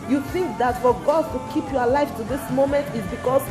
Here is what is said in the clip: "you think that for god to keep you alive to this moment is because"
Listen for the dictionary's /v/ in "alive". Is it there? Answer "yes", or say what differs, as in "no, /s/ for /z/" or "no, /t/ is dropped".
no, /f/ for /v/